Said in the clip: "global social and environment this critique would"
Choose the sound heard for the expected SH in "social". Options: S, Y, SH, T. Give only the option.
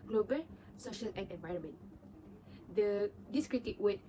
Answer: SH